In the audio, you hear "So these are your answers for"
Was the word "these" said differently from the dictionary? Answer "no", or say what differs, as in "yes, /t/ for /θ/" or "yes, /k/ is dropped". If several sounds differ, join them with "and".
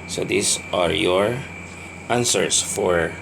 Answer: yes, /s/ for /z/